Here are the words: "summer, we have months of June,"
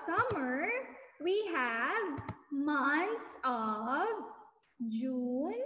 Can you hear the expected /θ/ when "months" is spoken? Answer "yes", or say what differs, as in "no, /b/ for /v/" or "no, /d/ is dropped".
no, /t/ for /θ/